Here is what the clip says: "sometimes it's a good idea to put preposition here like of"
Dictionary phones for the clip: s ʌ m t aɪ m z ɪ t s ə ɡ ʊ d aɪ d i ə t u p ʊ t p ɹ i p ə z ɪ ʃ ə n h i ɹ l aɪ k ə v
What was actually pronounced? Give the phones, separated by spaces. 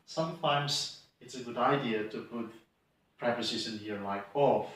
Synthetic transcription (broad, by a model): s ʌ m t aɪ m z ɪ t s ə ɡ ʊ d aɪ d i ə t u p ʊ t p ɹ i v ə s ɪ s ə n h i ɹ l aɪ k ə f